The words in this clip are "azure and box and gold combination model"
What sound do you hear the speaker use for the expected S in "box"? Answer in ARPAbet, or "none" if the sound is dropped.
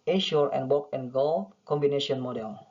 none